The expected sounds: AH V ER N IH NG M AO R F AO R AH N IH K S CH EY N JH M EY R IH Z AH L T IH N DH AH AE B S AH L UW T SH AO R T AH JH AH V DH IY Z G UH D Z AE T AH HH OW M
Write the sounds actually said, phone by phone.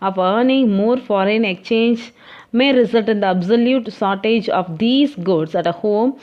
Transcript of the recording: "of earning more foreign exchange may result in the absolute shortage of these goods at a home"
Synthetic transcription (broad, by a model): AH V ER N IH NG M AO R F AO R AH N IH K CH EY N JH M EY R IH Z AH L T IH N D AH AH B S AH L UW T S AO R T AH JH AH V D IY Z G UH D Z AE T AH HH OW M